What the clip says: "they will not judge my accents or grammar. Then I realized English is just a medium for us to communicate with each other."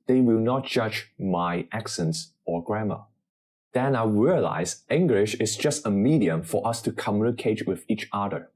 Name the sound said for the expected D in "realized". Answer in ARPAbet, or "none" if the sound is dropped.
none